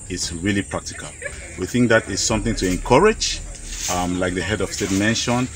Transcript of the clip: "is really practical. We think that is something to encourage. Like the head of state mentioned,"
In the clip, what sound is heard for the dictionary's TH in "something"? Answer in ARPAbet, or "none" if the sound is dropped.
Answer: TH